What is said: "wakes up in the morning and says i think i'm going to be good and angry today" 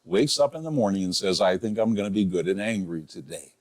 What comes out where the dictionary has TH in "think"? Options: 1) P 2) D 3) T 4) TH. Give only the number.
4